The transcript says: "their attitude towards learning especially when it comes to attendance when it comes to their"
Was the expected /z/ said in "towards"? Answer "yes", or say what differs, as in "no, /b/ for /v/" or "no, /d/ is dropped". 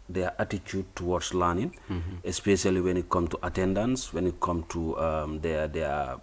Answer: no, /s/ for /z/